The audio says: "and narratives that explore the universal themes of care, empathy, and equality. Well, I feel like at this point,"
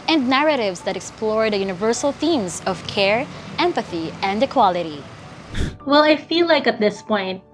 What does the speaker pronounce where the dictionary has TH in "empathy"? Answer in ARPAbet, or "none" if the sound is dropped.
TH